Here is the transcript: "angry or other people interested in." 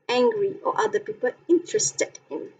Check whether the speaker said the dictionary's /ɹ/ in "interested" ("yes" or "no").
yes